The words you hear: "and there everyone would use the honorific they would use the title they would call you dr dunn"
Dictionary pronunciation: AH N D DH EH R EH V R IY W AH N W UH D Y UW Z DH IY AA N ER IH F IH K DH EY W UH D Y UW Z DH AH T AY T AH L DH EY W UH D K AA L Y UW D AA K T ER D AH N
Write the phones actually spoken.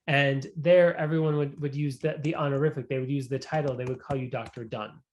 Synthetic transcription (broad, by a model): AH N DH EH R EH V R IY W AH N W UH D Y UW Z DH IY AA N ER IH F IH K DH EY W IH D Y UW Z DH AH T AY T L DH EY W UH D K AA L Y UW D AA K T ER D AH N